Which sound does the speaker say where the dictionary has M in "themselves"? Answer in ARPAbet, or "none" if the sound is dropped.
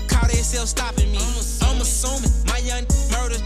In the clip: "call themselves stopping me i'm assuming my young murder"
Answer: none